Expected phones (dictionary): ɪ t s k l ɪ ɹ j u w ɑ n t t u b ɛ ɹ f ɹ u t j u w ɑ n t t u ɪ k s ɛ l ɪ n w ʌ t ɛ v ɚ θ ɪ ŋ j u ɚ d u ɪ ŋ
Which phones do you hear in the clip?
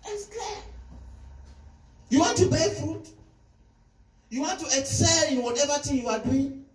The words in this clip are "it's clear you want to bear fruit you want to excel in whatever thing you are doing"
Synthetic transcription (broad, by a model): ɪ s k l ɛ j u w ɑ n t t u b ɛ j f u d j u w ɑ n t t u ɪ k s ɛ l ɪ w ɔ t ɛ v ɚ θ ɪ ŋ j u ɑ d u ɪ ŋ